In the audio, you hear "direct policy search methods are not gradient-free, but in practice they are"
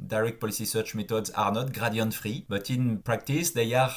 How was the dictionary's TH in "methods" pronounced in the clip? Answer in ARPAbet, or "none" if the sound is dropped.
T